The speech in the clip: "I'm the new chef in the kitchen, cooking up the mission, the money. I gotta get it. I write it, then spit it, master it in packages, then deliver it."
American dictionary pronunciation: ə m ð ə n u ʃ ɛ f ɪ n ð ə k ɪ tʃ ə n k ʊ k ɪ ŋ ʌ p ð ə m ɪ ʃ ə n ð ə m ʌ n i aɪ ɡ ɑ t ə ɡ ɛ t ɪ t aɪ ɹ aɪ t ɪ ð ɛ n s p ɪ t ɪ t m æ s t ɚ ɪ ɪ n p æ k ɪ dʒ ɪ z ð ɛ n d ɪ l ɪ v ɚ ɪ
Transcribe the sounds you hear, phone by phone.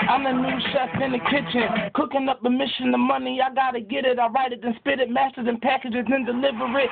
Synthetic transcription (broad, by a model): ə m ð ə n u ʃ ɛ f ɪ n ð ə k ɪ tʃ ə n k ʊ k ɪ ŋ ʌ p ð ə m ɪ ʃ ə n ð ə m ʌ n i aɪ ɡ ɑ t ə ɡ ɛ t ɪ t aɪ ɹ aɪ t ɪ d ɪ n s p ɪ t ɪ t m æ s t ɚ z ɪ n p æ k ɪ dʒ ɪ z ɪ n d ɪ l ɪ v ɚ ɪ